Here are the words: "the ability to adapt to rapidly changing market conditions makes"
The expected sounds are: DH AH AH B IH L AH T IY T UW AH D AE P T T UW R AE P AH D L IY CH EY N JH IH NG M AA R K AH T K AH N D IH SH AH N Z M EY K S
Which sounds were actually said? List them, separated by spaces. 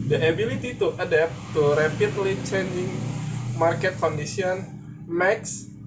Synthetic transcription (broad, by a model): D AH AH B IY L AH T IY T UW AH D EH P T T UW R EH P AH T L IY CH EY N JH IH NG M AA R K AH T K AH N D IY S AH N M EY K S